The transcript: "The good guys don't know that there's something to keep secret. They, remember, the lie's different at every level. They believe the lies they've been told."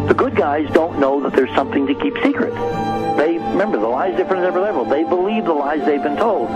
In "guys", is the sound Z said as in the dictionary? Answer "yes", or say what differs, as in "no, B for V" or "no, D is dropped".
yes